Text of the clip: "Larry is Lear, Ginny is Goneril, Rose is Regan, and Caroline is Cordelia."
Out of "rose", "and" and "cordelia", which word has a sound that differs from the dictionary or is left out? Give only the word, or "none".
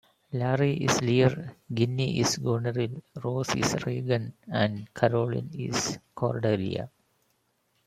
rose